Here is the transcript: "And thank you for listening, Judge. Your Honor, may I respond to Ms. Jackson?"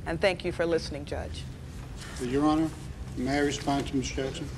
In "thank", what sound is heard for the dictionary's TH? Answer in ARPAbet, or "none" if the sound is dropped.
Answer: TH